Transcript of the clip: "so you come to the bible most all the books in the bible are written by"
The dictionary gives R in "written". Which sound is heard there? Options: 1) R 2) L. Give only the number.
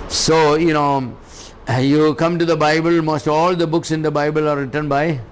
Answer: 1